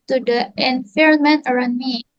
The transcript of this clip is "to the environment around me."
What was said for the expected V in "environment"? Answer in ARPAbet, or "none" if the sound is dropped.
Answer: F